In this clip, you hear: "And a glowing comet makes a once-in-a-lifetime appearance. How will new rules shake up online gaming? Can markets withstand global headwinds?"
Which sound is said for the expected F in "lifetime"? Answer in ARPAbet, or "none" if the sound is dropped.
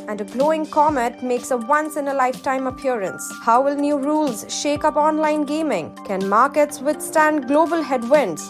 F